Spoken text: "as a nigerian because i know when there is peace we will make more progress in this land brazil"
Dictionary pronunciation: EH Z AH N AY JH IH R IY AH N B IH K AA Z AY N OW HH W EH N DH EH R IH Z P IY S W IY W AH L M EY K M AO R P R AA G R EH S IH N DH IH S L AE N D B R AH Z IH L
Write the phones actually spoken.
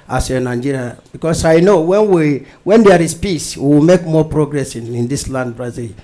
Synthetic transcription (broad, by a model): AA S AH N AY JH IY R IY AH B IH K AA S AY N OW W W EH N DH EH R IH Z P IY S W IY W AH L M EY K M AO P R AA G R EH S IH N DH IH S L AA N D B R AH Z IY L